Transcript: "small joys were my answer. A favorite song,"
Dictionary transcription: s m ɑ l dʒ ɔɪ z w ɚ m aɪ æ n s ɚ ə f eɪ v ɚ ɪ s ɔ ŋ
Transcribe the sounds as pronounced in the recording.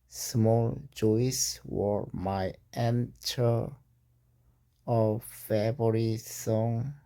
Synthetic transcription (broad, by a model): s m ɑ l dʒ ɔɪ s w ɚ m aɪ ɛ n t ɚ ə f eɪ b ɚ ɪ s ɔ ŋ